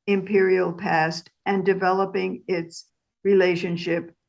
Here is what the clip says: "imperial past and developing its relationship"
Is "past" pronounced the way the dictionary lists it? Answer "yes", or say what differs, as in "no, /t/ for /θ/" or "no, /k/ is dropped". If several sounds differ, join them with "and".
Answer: yes